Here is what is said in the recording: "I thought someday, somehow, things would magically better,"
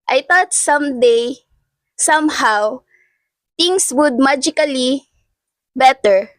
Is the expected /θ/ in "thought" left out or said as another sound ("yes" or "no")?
yes